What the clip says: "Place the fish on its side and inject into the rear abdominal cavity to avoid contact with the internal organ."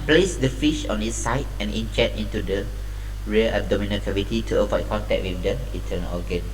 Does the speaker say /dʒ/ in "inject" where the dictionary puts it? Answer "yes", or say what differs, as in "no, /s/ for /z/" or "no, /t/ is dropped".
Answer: no, /tʃ/ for /dʒ/